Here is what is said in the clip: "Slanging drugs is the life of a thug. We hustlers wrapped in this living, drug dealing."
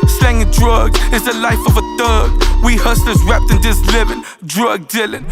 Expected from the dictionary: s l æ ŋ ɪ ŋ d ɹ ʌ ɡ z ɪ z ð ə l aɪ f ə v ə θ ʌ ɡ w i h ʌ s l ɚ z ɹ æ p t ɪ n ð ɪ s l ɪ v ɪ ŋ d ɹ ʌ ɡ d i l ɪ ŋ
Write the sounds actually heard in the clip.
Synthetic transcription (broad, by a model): s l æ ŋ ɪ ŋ d ɹ ʌ ɡ z ɪ z ð ə l aɪ f ə v ə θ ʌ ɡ w i h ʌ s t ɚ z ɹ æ p t ɪ n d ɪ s l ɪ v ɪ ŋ d ɹ ʌ ɡ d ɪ l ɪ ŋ